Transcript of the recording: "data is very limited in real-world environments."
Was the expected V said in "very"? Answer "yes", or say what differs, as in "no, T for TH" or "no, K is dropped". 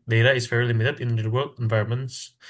no, F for V